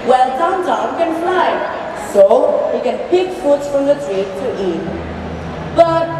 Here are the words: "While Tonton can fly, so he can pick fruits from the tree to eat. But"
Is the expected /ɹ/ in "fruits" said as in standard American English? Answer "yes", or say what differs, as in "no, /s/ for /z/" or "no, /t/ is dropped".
no, /ɹ/ is dropped